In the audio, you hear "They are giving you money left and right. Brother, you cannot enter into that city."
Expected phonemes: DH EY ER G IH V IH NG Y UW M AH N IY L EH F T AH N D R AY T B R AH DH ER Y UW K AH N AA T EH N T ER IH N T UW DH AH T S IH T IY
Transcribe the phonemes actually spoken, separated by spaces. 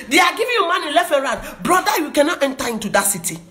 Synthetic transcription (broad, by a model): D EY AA G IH V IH Y UW M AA N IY L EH F AH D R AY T B R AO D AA Y UW K AH N AA T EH N T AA IH N T UW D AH T S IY T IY